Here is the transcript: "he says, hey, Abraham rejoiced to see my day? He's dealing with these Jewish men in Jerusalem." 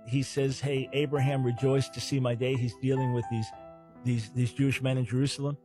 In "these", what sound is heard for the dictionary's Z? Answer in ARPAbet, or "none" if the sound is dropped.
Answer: Z